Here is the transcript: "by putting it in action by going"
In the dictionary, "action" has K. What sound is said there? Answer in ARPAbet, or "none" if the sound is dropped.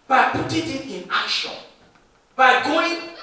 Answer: none